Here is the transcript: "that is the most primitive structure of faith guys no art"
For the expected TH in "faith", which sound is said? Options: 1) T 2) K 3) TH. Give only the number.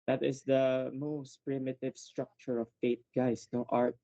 1